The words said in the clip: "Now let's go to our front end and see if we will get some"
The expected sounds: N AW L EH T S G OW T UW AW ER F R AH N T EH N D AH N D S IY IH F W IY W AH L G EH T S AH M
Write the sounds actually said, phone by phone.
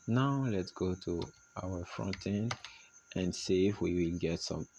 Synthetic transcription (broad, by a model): N AW L EH T S G OW T UW AW ER F R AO N T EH N AH N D S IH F W IY W AH L G EH T S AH M